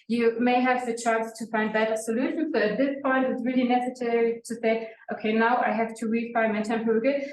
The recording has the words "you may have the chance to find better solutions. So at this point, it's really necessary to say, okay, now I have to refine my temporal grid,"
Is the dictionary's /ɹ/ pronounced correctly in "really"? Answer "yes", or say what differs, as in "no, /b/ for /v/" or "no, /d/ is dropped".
yes